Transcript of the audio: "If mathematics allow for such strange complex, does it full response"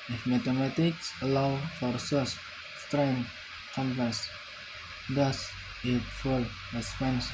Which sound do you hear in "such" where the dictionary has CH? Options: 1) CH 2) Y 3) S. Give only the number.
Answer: 3